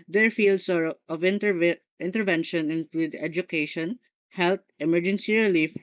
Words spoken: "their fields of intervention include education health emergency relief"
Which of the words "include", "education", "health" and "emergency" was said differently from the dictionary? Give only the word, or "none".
health